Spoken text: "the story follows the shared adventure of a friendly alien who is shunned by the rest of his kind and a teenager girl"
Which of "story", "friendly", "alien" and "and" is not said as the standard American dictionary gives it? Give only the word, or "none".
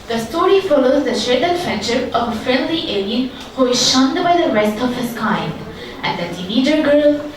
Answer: friendly